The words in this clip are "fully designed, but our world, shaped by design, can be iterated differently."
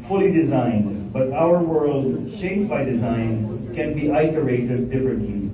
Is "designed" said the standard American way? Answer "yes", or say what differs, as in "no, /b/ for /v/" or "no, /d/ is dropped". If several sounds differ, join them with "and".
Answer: yes